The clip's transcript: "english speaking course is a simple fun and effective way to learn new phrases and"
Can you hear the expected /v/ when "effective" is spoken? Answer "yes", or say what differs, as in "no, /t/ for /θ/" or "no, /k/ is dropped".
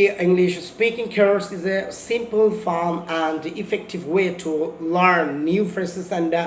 yes